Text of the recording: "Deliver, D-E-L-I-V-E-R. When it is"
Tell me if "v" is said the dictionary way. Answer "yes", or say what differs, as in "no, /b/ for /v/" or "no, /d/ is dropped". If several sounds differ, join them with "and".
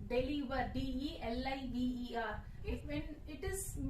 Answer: no, /b/ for /v/